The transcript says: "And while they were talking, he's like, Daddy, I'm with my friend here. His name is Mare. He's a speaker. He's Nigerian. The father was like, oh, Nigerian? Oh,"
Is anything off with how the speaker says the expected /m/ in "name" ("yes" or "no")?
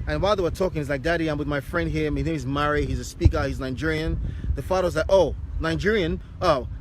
yes